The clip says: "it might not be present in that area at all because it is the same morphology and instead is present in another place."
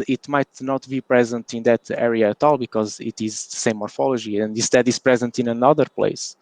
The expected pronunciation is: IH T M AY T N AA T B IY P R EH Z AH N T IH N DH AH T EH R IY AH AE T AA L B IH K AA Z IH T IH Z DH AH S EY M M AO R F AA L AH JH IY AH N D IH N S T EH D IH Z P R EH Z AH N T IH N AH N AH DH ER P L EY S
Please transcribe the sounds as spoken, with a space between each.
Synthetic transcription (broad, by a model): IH T M AY T N AA T B IY P R EH Z AH N T IH N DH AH T EH R IY AH T AA L B IH K AA Z IH T IH Z DH AH S EY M M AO R F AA L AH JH IY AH N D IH S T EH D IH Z P R EH Z AH N T IH N AH N AH DH ER P L EY S